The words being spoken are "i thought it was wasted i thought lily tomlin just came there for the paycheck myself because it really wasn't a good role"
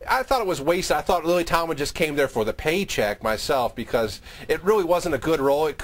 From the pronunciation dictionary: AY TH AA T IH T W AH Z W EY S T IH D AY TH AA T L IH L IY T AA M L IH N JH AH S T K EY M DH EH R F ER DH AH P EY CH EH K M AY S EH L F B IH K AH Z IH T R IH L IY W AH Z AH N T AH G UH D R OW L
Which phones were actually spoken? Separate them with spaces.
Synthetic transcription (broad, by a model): AY TH AA T IH T W AH Z W EY S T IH IH TH AA T L IH L IY T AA M IH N JH AH S K EY M DH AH R F ER DH AH P EY CH EH K M AY S EH L F B IH K AH Z IH T R IH L IY W AH Z AH N T AH G UH D R OW L